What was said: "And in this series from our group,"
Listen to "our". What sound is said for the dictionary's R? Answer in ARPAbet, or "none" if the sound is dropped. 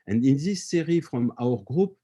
R